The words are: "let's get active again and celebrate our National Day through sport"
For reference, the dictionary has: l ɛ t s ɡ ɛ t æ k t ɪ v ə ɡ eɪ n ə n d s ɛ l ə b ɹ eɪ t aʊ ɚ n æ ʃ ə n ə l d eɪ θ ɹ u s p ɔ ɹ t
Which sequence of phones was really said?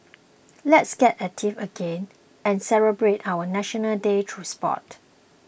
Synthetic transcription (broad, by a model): l ɛ t s ɡ ɛ t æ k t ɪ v ə ɡ eɪ n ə n s ɛ l ə b ɹ eɪ t aʊ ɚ n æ ʃ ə n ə l d eɪ t ɹ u s p ɔ t